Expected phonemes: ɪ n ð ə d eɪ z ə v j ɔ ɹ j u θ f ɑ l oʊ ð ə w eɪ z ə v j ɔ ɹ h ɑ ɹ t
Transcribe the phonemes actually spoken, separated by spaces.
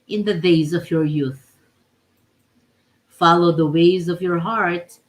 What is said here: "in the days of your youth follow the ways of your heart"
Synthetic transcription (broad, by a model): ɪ n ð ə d eɪ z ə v j ɔ ɹ j u θ f ɑ l oʊ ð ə w eɪ z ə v j ɔ ɹ h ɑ ɹ t